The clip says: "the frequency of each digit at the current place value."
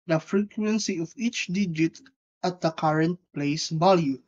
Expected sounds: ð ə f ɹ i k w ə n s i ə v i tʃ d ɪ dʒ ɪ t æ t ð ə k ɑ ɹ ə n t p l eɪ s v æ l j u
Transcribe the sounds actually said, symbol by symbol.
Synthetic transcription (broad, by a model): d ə f ɹ i k w ə n s i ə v i tʃ d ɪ dʒ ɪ t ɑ t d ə k ɑ ɹ ə n t p l eɪ s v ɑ l j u